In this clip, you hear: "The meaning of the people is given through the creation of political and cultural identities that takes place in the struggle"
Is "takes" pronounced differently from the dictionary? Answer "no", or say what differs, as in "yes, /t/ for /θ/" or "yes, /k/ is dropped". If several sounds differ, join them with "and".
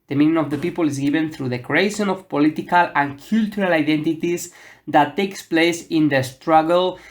no